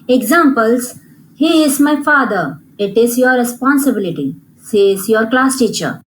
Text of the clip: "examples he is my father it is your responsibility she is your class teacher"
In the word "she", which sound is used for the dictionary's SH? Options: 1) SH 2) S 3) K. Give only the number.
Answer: 2